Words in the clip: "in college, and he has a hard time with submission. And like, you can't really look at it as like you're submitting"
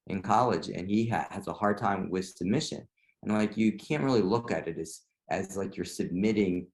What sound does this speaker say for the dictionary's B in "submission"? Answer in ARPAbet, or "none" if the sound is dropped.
none